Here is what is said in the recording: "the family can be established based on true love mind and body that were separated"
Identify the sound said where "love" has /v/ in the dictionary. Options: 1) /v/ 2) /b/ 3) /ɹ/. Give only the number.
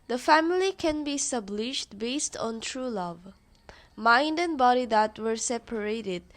1